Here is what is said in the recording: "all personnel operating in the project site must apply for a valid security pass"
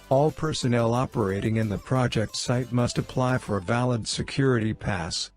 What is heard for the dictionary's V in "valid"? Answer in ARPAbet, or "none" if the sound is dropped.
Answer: V